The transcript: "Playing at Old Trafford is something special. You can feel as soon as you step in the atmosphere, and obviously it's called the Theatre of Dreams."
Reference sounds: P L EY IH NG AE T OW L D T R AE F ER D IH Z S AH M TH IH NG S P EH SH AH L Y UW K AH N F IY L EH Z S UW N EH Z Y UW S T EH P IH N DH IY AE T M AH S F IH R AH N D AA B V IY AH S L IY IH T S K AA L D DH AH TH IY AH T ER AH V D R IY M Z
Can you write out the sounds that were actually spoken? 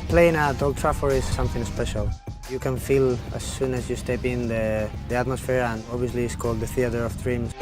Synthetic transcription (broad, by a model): P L EY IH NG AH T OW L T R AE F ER IH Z S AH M TH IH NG S P EH SH AH L Y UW K AH N F IY L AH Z S UW N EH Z Y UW S T EH P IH N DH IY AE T M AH S F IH R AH N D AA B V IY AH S L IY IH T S K AA L D DH AH TH IY AH T ER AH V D R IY M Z